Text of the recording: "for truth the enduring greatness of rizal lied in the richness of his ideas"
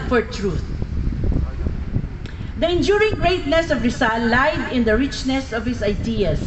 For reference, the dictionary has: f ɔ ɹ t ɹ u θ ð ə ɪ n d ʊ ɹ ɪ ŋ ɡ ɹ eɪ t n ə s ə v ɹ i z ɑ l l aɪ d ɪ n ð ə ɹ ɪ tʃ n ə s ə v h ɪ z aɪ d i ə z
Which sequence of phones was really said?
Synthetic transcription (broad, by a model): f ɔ ɹ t ɹ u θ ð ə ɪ n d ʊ ɹ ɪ ŋ ɡ ɹ eɪ t n ə s ə v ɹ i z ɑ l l aɪ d ɪ n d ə ɹ ɪ tʃ n ə s ə v h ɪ s aɪ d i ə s